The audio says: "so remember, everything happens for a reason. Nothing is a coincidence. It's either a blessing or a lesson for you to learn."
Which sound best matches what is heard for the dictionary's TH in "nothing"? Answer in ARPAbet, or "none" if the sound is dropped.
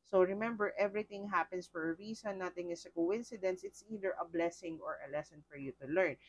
T